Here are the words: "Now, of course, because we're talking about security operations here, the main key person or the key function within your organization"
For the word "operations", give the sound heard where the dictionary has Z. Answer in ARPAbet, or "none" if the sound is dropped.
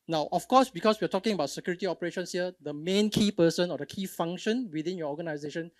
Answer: S